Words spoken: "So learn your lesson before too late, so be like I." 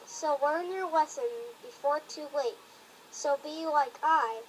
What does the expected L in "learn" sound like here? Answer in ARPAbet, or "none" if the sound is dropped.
W